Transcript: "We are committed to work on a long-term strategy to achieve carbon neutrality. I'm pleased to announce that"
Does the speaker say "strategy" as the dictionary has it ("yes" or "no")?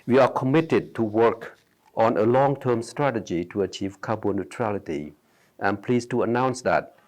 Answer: yes